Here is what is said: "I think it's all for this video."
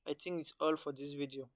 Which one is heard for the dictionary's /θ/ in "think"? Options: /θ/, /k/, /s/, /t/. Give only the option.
/t/